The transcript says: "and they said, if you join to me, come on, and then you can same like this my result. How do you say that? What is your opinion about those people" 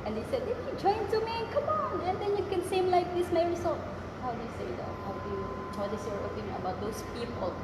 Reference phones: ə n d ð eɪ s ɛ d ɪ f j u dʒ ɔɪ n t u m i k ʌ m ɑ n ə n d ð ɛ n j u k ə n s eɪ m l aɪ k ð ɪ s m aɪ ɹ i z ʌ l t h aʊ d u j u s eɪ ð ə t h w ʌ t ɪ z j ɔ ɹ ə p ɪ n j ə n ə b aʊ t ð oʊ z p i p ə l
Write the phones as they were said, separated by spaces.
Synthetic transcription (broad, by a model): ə n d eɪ s ɛ d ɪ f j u dʒ ɔɪ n t u m i k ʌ m ɑ n ə n d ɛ n j u k ə n s eɪ m l aɪ k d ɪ s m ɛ ɹ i s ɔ h aʊ d u j u s eɪ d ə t h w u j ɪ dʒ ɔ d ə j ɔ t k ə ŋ ə b aʊ t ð oʊ s p i p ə l